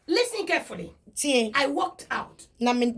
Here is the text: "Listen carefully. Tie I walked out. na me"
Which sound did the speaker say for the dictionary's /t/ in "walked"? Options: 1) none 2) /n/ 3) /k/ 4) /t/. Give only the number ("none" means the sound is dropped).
4